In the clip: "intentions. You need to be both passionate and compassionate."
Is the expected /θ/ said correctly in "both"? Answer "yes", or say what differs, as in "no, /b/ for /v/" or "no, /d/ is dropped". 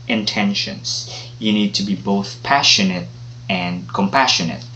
yes